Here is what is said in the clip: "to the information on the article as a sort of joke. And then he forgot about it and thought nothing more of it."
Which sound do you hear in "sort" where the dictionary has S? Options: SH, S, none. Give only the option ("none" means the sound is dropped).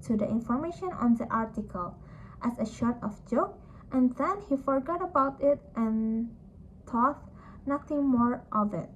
SH